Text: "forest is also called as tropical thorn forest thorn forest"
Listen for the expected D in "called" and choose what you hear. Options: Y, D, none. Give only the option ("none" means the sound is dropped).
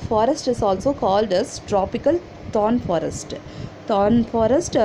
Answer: D